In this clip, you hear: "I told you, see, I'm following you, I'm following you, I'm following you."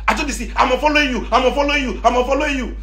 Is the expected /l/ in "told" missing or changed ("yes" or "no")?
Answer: yes